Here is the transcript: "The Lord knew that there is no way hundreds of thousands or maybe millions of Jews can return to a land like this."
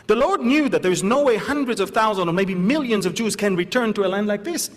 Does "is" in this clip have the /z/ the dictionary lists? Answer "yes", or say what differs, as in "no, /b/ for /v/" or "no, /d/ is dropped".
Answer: yes